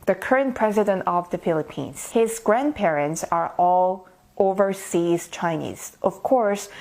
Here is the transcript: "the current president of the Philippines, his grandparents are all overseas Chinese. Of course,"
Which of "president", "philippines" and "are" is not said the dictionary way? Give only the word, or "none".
none